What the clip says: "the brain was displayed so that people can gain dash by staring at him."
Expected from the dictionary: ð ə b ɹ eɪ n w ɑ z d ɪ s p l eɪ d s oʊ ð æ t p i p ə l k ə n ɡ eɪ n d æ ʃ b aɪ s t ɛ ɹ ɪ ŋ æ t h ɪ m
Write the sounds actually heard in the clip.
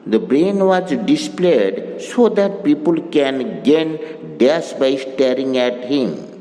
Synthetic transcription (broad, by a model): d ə b ɹ eɪ n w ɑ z d ɪ s p l eɪ d s oʊ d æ t p i p ə l k ə n ɡ eɪ n d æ s b aɪ s t ɛ ɹ ɪ ŋ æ t h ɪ m